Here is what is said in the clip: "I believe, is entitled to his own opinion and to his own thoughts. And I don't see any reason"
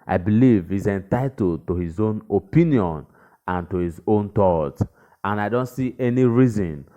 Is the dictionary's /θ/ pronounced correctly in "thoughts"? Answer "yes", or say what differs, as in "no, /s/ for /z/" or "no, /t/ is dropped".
no, /t/ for /θ/